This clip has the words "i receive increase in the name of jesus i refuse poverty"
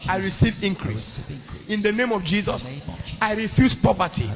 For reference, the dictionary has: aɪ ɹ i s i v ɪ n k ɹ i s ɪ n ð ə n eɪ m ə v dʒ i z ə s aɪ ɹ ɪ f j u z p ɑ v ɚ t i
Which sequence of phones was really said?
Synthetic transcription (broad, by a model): aɪ ɹ i s i v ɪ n k ɹ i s ɪ n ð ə n eɪ m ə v dʒ i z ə s aɪ ɹ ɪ f j u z p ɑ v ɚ t i